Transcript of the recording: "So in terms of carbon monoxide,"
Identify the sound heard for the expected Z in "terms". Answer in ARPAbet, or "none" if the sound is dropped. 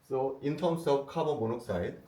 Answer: S